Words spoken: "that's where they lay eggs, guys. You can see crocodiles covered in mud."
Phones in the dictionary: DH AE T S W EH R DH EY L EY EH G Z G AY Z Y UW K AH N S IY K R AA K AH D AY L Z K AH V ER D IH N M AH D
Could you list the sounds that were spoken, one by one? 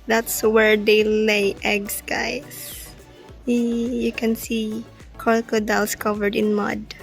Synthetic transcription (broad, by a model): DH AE T S W EH R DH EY L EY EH G S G AY S Y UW K AH N S IY K AA K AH D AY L S K AH V ER D IH N M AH D